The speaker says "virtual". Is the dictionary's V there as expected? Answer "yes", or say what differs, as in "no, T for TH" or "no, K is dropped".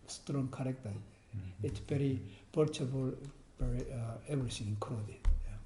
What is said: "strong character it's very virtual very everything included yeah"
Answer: no, P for V